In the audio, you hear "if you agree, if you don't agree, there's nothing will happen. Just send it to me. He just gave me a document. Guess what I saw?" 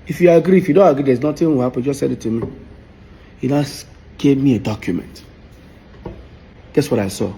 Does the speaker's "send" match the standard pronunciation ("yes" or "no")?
no